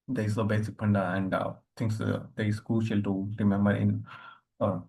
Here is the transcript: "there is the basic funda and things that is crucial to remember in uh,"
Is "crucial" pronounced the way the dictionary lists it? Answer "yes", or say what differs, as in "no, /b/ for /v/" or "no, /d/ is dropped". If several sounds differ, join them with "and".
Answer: no, /ɹ/ is dropped